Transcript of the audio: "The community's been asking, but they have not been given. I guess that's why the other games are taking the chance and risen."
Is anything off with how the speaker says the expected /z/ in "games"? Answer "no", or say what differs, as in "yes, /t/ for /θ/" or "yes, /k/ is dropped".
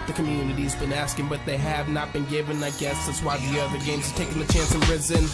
no